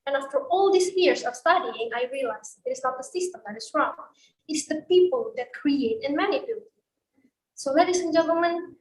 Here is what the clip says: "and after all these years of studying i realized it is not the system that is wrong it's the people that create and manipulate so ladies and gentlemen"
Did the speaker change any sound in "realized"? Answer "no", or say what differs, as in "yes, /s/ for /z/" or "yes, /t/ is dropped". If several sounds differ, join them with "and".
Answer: yes, /d/ is dropped